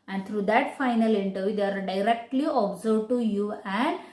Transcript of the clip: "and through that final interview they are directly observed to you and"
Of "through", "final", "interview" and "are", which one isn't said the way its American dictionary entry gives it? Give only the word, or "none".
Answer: through